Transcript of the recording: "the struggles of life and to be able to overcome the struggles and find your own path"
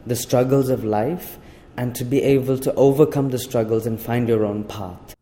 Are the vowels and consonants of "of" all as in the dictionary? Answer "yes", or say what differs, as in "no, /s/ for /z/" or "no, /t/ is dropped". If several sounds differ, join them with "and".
yes